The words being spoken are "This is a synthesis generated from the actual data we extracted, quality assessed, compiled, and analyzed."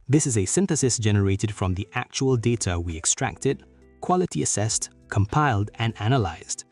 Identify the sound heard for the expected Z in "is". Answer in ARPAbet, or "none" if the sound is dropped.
Z